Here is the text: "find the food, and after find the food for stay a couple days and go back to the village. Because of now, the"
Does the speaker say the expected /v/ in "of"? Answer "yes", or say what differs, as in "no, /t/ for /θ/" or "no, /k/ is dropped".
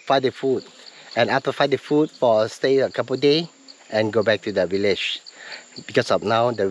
no, /f/ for /v/